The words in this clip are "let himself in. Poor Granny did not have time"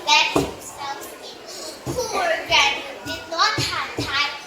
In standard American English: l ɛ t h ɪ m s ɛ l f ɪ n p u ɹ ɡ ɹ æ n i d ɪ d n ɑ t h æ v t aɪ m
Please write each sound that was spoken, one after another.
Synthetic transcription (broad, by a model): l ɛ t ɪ s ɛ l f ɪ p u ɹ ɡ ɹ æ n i d ɪ d n ɑ t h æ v t aɪ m